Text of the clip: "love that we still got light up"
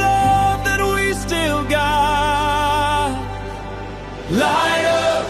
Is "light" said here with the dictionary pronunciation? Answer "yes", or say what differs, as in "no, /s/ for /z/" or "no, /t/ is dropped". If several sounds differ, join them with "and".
no, /t/ is dropped